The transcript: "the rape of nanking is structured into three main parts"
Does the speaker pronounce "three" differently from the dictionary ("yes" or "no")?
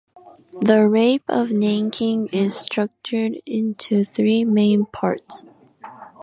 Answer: no